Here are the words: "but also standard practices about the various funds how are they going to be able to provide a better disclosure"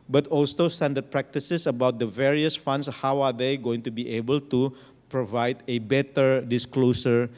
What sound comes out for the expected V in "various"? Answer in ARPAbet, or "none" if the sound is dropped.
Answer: V